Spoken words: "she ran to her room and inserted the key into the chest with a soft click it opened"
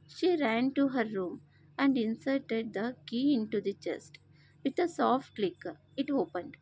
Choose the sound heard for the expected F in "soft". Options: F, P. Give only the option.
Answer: F